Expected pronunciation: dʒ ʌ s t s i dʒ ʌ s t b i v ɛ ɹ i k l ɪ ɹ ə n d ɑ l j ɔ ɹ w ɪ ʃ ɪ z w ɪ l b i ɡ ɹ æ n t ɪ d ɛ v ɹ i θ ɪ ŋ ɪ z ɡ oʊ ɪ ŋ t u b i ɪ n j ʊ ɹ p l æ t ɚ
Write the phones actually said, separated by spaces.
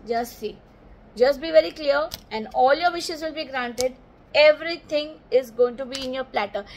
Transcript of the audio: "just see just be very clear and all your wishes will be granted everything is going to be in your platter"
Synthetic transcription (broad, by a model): dʒ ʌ s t s i dʒ ʌ s t b i v ɛ ɹ i k l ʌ ɹ ə n d ɑ l j ɔ ɹ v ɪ ʃ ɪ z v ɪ l b i ɡ ɹ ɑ n t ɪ d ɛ v ɹ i t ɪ ŋ ɪ z ɡ oʊ ɪ ŋ t u b i ɪ n j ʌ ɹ p l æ t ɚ